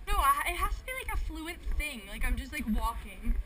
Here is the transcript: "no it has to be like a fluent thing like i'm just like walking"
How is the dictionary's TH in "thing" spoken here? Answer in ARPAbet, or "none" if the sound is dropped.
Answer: TH